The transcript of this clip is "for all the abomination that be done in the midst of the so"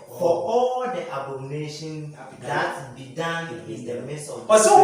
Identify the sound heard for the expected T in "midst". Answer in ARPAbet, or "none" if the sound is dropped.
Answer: none